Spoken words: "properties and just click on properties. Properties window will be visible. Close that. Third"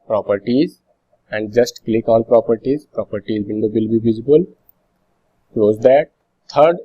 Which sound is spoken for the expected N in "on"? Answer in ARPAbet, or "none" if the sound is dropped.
L